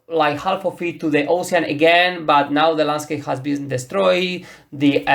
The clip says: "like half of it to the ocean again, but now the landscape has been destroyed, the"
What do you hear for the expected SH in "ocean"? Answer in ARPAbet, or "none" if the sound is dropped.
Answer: S